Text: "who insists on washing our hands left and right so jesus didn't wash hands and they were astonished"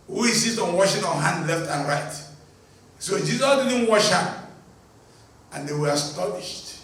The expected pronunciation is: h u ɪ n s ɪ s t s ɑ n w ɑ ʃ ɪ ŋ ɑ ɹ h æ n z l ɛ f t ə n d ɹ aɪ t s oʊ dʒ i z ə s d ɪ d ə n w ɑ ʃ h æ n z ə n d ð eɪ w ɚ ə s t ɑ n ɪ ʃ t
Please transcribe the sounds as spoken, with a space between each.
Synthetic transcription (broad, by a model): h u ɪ s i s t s ɑ n w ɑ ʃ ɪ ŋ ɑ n h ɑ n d l ɛ f t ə n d ɹ aɪ t s oʊ dʒ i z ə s d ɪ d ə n w ɑ ʃ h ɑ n ə n d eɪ w ɚ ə s t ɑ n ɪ ʃ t